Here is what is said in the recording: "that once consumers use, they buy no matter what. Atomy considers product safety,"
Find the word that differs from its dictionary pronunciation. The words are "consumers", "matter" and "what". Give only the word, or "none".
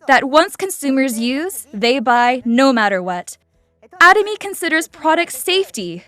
none